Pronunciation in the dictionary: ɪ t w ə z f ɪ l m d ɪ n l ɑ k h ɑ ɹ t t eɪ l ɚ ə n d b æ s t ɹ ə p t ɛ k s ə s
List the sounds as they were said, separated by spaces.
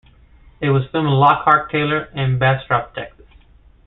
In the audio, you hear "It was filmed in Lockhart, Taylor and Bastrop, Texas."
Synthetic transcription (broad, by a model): ɪ t w ə z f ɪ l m ɪ n l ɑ k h ɑ ɹ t t eɪ l ɚ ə n b æ s t ɹ ə p t ɛ k s ə s